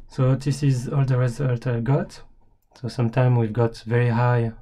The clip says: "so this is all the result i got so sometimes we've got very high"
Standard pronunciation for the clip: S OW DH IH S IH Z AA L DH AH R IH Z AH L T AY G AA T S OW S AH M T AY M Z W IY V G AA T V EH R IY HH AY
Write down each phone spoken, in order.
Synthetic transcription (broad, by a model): S OW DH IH S IH Z AA L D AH R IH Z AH L T AY G AA T S OW S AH M T AY M W IY V G AA T V EH R IY HH AY